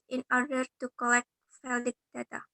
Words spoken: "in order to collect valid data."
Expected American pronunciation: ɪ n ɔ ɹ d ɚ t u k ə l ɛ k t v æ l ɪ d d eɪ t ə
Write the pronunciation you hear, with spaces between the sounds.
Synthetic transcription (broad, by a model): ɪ n ɔ ɹ d ɚ t u k ə l ɛ k t f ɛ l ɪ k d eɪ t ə